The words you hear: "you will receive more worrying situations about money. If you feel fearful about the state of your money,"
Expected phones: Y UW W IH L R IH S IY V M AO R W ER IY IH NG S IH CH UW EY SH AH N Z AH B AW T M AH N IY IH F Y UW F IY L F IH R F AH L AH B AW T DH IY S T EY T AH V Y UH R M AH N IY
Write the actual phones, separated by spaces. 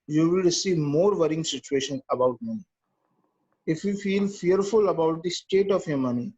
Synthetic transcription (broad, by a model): Y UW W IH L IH S IY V M AO R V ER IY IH NG S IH CH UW EY SH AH N AH B AW T M AH N IY IH F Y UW F IY L F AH R F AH L AH B AW T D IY S T EY T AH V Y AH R M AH N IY